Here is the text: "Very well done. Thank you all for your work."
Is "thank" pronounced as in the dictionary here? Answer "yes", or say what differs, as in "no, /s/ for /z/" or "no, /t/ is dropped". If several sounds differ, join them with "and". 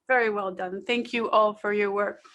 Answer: yes